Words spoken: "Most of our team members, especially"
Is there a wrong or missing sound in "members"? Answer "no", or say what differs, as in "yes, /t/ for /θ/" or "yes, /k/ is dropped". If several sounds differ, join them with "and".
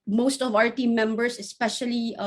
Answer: yes, /s/ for /z/